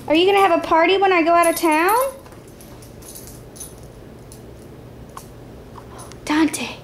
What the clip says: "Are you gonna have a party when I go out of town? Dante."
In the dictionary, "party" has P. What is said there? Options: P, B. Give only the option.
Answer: P